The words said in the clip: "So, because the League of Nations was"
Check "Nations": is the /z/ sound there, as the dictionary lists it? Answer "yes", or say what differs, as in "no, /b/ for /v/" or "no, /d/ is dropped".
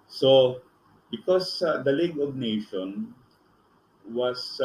no, /z/ is dropped